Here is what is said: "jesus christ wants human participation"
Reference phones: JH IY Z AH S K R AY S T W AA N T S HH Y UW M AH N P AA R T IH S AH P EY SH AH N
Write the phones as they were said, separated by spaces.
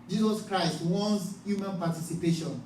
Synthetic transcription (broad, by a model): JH IY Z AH S K R AY S T W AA N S HH Y UW M AH N P AA T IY S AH P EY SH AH N